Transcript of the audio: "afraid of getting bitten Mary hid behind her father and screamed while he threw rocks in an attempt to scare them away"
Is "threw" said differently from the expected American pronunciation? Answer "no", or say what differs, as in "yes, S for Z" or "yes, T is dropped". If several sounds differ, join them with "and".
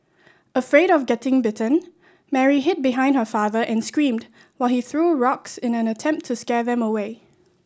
no